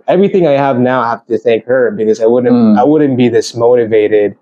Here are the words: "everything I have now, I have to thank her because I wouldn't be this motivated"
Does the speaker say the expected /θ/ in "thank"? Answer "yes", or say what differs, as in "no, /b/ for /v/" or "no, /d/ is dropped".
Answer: yes